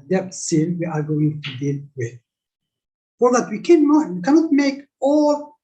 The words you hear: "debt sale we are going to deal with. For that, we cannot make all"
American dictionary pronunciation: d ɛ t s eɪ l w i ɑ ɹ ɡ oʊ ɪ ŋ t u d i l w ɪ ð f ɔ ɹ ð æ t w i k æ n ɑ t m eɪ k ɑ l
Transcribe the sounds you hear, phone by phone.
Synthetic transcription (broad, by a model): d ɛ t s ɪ n w i ɑ ɹ ɡ oʊ ɪ ŋ t u d i l w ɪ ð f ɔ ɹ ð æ t w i k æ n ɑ t m eɪ k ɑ l